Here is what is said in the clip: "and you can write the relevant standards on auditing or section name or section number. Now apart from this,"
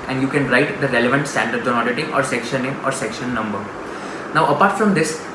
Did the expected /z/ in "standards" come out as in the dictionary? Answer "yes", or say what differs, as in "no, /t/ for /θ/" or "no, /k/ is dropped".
no, /z/ is dropped